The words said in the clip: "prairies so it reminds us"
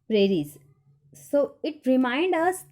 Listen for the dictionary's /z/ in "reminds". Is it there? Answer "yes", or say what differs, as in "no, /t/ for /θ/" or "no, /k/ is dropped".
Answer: no, /z/ is dropped